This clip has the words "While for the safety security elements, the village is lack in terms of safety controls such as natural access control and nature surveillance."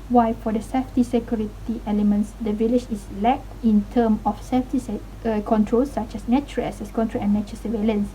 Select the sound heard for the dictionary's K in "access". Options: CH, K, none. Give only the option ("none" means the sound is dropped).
none